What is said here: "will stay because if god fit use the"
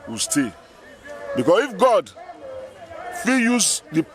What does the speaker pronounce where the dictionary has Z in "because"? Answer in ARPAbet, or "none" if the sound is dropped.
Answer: S